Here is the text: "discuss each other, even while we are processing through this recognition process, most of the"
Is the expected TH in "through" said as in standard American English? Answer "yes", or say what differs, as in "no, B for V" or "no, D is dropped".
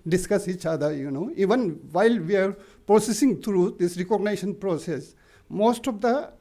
no, T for TH